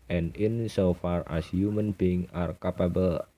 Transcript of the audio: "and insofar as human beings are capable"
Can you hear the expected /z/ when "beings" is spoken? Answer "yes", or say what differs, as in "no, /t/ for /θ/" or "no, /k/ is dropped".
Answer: no, /z/ is dropped